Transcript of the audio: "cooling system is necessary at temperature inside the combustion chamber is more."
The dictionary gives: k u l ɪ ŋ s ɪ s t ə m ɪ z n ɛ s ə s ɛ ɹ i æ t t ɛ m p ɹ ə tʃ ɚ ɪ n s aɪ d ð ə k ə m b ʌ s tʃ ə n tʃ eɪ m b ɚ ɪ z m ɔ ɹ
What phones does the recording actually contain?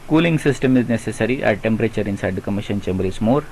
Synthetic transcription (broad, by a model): k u l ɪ ŋ s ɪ s t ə m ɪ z n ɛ s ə s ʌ ɹ i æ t t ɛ m p ɹ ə tʃ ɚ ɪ n s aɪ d k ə m i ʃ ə n tʃ eɪ m b ɚ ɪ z m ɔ ɹ